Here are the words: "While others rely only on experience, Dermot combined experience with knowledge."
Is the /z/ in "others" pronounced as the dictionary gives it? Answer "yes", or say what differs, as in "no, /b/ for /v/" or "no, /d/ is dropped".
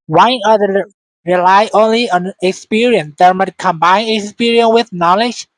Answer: no, /z/ is dropped